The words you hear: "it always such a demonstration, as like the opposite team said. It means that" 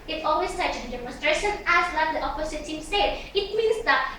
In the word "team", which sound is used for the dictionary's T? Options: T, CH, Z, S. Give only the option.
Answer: S